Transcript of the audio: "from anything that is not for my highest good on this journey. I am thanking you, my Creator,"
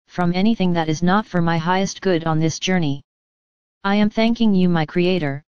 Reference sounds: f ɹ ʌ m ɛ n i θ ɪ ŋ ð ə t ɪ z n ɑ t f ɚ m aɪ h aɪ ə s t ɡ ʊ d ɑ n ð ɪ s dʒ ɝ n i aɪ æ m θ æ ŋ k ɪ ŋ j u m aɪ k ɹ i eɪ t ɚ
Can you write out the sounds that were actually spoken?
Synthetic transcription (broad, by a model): f ɹ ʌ m ɛ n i θ ɪ ŋ ð ə t ɪ z n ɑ t f ɚ m aɪ h aɪ ə s t ɡ ʊ d n ð ɪ s dʒ ɝ n i aɪ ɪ m θ æ ŋ k ɪ ŋ j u m aɪ k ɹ i eɪ t ɚ